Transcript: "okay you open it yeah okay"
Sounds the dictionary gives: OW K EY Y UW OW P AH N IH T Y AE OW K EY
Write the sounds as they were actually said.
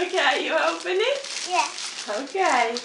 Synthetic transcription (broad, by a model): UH K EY Y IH OW P AH N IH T Y AE OW K EY